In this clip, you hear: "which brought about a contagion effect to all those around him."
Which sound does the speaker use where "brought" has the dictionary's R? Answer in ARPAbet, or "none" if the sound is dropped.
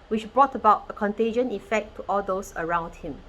R